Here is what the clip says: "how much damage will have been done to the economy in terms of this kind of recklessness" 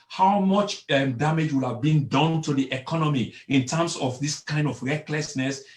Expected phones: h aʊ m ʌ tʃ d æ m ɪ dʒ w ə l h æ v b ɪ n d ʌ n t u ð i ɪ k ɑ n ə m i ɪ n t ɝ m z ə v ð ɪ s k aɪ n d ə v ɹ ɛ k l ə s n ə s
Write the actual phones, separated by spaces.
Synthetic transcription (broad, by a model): h aʊ m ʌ tʃ d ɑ m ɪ dʒ w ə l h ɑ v b ɪ n d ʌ n t u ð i ɪ k ɑ n ə m i ɪ n t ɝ m s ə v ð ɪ s k aɪ n d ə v ɹ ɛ k l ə s n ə s